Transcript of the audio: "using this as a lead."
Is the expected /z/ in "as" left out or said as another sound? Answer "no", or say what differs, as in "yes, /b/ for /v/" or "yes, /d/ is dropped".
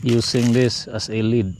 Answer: yes, /s/ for /z/